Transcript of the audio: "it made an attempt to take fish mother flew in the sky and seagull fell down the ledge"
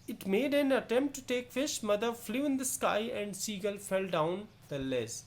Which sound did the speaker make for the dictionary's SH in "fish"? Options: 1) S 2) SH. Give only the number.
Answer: 2